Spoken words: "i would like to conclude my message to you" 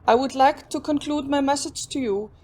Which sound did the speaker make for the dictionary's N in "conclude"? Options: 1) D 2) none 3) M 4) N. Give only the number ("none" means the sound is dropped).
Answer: 4